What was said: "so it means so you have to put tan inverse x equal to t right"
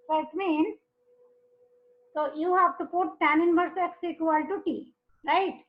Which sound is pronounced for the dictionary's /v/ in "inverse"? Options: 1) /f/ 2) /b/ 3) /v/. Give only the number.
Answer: 2